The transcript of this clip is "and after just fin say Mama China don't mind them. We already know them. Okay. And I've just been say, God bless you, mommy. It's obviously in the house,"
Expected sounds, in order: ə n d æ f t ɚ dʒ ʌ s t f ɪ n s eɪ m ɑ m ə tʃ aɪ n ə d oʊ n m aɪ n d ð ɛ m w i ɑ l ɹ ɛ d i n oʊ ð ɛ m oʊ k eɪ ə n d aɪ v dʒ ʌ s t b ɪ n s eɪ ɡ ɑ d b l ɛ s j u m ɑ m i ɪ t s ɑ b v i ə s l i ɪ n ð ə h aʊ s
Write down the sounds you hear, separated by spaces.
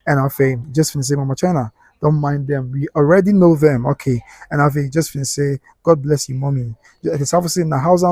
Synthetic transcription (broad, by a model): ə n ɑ f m dʒ ʌ s t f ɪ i s eɪ m ɑ m ə tʃ aɪ n ə d oʊ n m aɪ n d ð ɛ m w i ɑ l ɹ ɛ d i n oʊ ð ɛ m oʊ k eɪ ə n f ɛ dʒ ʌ s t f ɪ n s eɪ ɡ ɑ d b l ɛ s j u m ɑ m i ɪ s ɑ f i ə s i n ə h aʊ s